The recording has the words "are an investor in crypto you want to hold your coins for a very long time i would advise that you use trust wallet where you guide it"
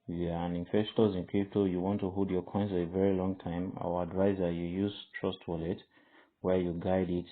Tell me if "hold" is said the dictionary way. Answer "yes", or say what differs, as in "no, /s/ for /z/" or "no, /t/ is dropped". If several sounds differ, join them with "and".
no, /l/ is dropped